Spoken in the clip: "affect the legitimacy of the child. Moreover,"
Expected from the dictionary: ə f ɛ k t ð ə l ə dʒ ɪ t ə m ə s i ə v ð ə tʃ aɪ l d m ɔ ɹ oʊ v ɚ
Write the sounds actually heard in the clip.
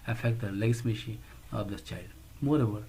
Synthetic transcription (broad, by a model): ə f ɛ k t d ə l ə ɪ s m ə ʃ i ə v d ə tʃ aɪ l d m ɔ ɹ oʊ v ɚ